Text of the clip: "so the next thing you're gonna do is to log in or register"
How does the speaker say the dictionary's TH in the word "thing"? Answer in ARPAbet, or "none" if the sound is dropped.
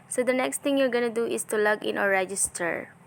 T